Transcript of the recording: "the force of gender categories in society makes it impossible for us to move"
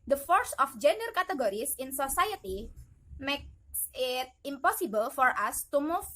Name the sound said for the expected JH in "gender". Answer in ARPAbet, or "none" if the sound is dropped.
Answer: JH